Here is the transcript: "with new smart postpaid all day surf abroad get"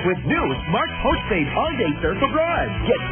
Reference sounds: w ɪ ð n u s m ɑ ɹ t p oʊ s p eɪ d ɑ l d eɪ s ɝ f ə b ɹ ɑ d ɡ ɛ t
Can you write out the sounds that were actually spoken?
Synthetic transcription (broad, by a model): w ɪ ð n u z m ɑ ɹ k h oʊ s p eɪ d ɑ n d eɪ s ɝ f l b ɹ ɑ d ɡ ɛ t